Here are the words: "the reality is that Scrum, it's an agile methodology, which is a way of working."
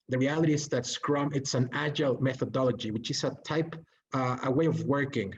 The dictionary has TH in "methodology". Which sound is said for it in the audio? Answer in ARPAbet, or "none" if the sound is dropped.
TH